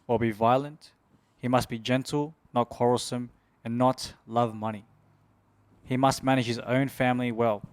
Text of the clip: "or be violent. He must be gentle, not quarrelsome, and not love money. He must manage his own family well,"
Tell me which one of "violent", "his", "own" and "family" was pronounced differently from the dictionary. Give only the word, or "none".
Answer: none